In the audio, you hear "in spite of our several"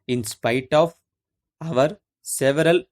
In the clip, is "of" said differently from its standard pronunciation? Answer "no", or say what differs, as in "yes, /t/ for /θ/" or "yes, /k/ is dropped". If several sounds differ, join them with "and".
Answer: no